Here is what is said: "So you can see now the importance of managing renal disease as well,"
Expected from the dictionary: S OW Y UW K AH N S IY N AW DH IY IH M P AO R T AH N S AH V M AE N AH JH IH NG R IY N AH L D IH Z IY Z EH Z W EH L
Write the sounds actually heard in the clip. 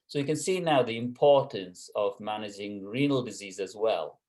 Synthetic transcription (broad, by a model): S OW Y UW K AH N S IY N AW DH IY IH M P AO R T AH N S AH V M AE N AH JH IH NG R IY N AH L D IH Z IY Z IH Z W EH L